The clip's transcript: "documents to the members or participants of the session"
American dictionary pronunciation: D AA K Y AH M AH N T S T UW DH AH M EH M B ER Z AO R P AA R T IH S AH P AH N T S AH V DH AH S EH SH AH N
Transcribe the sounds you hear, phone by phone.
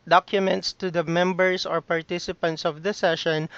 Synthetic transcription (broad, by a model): D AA K Y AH M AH N T S T UW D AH M EH M B ER S AO R P AA R T IH S AH P AH N T S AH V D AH S EH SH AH N